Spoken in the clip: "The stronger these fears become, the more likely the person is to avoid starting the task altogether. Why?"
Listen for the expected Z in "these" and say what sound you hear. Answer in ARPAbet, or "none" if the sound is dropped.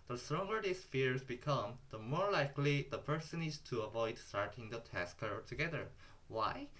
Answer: S